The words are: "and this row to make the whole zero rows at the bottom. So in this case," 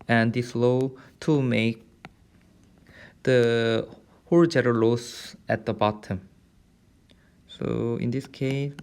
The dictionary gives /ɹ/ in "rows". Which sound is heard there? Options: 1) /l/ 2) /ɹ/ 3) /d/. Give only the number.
1